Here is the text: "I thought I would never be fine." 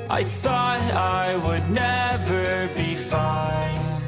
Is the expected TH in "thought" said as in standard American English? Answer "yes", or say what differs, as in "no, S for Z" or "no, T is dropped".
yes